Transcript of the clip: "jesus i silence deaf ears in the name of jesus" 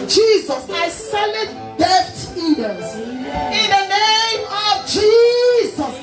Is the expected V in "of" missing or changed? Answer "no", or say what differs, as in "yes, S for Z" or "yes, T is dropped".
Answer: no